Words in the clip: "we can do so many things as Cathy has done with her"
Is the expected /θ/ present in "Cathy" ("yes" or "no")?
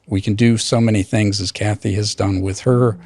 yes